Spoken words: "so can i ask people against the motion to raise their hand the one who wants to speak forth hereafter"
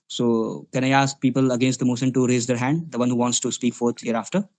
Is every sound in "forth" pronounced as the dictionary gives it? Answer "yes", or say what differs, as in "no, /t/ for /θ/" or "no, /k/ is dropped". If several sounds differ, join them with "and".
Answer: no, /t/ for /θ/